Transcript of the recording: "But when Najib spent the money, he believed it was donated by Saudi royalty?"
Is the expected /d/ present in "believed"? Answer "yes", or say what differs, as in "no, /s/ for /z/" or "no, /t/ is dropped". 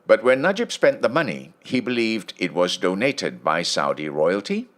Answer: yes